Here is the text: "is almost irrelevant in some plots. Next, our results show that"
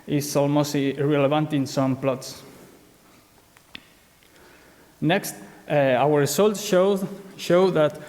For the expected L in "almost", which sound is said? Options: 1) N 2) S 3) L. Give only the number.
3